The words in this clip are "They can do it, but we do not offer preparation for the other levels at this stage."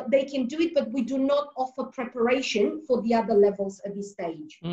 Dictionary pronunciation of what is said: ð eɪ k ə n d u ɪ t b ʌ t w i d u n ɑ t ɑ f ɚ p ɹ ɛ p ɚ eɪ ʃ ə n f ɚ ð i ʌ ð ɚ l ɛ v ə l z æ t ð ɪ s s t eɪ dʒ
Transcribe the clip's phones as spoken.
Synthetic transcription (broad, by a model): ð eɪ k ə n d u ɪ t b ʌ t w i d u n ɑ t ɑ f ɚ p ɹ ɛ p ɚ eɪ ʃ ə n f ɚ ð i ʌ ð ɚ l ɛ v ə l z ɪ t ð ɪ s s t eɪ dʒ